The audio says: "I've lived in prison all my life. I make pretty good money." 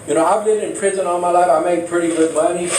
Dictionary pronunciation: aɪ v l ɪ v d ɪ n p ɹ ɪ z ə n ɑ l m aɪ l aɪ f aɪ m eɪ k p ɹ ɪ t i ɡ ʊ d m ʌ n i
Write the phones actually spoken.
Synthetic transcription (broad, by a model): aɪ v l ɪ d ɪ n p ɹ ɪ z ə n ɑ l m aɪ l aɪ f aɪ m eɪ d p ɹ ɪ t i ɡ ʊ d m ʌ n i